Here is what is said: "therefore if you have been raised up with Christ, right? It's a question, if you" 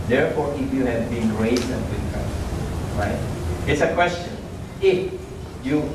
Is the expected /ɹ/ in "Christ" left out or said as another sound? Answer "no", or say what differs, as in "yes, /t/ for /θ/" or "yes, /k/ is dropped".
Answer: yes, /ɹ/ is dropped